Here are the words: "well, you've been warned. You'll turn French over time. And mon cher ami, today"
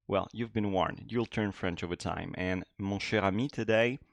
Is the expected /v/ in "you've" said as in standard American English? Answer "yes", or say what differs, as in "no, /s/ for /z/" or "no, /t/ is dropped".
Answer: yes